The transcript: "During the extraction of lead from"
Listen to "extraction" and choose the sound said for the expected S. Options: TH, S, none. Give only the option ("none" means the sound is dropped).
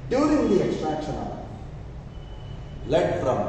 S